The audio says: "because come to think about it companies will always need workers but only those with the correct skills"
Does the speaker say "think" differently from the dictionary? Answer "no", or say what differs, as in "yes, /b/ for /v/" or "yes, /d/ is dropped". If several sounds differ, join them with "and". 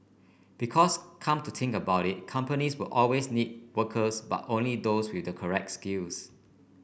yes, /t/ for /θ/